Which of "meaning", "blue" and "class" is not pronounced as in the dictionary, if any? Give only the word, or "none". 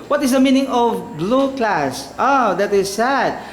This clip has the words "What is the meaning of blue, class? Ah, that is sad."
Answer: none